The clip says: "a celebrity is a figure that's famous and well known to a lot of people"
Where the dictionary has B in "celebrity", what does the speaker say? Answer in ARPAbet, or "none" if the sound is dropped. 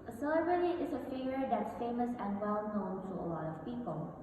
none